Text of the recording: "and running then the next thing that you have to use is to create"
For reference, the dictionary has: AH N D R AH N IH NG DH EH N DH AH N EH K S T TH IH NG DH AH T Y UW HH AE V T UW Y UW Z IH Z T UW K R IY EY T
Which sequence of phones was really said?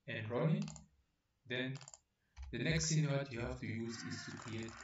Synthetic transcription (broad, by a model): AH N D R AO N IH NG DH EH N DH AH N EH K S T S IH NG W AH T Y UW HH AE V T UW Y UW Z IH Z T UW K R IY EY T